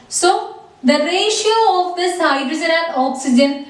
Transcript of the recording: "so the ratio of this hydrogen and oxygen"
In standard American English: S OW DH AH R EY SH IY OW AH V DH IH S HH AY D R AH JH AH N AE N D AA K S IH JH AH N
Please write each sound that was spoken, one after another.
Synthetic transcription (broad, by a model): S OW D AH R EY SH IY OW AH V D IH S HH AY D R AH Z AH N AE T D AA K S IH JH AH N